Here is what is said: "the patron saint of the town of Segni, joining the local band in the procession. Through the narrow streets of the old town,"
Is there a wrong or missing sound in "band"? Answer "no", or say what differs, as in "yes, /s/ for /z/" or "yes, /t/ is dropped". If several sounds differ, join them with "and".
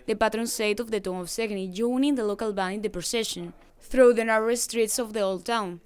yes, /d/ is dropped